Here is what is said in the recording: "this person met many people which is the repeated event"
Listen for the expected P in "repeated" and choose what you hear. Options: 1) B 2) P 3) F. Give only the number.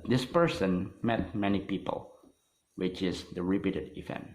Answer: 1